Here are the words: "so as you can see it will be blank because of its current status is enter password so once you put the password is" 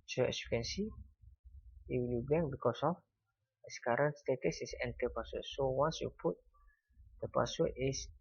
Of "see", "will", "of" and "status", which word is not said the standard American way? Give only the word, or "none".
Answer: of